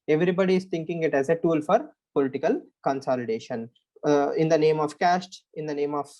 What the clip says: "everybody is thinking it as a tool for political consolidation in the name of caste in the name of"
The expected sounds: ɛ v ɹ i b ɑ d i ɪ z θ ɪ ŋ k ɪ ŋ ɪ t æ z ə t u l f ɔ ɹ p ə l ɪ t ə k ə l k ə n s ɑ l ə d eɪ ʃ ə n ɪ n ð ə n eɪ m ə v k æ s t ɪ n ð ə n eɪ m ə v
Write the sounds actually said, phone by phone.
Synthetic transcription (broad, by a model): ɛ v ɹ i b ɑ d i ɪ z t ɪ ŋ k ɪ ŋ ɪ t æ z ə t u l f ɔ ɹ p ə l ɪ t ə k ə l k ə n s ɑ l ə d eɪ ʃ ə n ɪ n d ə n eɪ m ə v k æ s t ɪ n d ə n eɪ m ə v